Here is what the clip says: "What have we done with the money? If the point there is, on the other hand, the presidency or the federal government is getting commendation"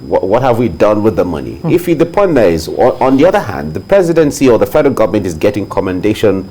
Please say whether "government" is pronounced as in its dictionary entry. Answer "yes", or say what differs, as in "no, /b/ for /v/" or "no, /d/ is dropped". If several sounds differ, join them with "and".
yes